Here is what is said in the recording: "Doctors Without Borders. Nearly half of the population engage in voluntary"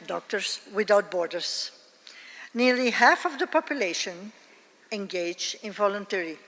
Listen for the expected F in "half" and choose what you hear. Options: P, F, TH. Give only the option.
F